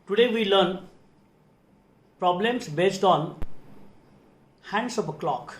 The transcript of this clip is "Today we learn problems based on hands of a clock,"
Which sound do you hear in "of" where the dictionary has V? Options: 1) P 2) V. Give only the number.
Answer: 1